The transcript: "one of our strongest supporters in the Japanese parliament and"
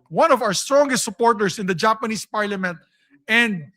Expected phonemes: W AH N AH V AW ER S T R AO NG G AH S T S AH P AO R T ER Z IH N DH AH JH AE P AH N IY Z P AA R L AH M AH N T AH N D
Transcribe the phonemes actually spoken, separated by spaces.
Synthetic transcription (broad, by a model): W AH N AH V AW ER S T R AO NG G AH S T S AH P AO R T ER S IH N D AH JH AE P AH N IY S P AA R L AH M AH N T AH N D